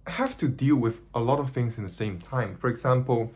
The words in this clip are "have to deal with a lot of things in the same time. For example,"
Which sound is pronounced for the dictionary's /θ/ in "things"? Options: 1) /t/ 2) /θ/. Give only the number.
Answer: 2